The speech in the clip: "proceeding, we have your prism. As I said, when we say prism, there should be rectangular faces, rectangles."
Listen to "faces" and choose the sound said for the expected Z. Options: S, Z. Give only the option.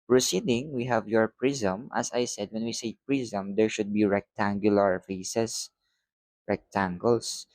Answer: S